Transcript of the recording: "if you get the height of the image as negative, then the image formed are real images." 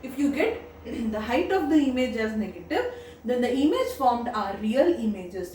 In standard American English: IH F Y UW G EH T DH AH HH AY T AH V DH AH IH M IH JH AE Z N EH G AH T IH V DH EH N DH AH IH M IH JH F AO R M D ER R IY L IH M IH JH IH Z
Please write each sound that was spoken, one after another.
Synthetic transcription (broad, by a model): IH F Y UW G EH T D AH HH AY T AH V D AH IH M IH JH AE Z N EH G AH T IH V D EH N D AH IH M IH JH F AO R M D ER R IY L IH M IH JH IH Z